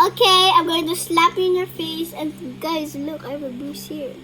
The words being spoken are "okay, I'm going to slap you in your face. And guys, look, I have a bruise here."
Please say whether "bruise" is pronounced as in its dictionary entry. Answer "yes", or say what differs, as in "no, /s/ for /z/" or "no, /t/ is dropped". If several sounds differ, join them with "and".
no, /ɹ/ is dropped